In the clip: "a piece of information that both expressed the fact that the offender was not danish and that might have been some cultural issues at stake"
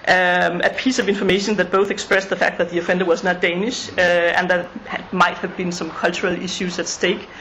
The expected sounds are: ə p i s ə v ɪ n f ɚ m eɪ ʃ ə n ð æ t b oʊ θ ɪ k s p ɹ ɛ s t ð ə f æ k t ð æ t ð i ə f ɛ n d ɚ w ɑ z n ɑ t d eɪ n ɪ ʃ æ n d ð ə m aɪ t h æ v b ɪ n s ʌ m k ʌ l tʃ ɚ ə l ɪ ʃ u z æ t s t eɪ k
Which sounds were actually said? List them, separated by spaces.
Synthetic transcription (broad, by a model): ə p i s ə v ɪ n f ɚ m eɪ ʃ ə n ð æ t b oʊ θ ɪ k s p ɹ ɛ s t ð ə f æ k t ð æ t ð i ə f ɛ n d ɚ w ɑ z n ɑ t d eɪ n ɪ ʃ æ n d ð ə m aɪ t h æ v b ɪ n s ʌ m k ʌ l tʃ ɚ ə l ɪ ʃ u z æ t s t eɪ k